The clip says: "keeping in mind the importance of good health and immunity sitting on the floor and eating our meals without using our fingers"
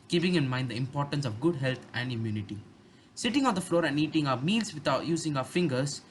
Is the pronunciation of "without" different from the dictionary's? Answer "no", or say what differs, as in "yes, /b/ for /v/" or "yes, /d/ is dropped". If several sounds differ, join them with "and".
yes, /t/ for /θ/